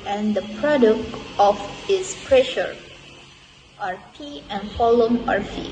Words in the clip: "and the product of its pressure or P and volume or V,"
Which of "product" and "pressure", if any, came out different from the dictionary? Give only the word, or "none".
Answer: none